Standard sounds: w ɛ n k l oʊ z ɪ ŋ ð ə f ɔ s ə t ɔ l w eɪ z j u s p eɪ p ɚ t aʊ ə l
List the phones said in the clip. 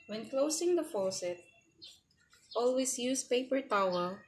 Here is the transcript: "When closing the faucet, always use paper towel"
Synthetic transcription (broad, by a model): w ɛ n k l oʊ s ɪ ŋ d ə f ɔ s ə t ɔ l w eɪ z j u s p eɪ p ɚ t aʊ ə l